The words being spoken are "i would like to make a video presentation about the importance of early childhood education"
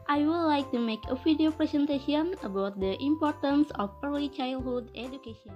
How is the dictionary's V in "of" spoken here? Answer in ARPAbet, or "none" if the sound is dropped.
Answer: P